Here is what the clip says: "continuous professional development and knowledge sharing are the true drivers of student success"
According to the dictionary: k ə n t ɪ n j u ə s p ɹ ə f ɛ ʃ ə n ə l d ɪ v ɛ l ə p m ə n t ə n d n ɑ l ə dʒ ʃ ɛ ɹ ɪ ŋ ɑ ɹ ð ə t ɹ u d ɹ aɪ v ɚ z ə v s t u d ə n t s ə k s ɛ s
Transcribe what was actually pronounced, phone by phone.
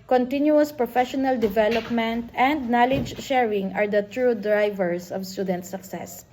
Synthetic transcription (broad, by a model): k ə n t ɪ n j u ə s p ɹ ə f ɛ ʃ ə n ə l d ɪ v ɛ l ə p m ə n t ə n d n ɑ l ə dʒ ʃ ɛ ɹ ɪ ŋ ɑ ɹ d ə t ɹ u d ɹ aɪ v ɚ s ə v s t u d ə n t s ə k s ɛ s